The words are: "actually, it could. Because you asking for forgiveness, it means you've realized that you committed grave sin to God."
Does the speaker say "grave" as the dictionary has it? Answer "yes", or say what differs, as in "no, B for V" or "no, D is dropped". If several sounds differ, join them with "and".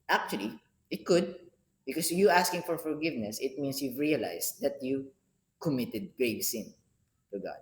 yes